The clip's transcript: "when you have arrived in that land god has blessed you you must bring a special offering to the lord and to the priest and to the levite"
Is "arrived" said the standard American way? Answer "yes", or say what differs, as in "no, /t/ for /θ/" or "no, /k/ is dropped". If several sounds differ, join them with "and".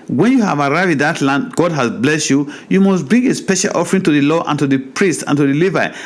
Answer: no, /d/ is dropped